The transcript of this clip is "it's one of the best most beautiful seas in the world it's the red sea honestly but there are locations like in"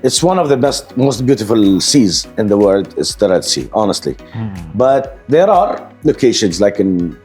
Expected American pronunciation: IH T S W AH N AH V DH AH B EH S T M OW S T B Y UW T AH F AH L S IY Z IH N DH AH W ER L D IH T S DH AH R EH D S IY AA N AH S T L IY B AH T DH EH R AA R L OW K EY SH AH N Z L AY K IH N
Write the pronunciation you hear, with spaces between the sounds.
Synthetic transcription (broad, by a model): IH T S W AH N AH V DH AH B EH S T M OW S T B Y UW T AH F AH L S IY Z IH N DH AH W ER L D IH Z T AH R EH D S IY AA N AH S T L IY B AH T DH EH R AA R L OW K EY SH AH N Z L AY K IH N